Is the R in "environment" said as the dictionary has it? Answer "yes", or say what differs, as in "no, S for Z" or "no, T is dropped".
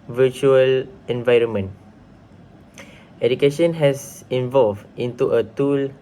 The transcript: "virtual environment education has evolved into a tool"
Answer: yes